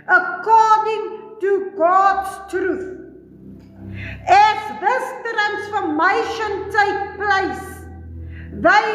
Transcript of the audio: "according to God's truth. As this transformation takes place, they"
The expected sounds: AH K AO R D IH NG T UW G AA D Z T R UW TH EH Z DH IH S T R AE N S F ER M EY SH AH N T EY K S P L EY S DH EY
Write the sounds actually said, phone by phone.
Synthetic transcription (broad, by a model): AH K AO D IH NG T UW G AA D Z T R UW TH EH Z DH IH S T R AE N S F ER M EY SH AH N T EY K P L EY S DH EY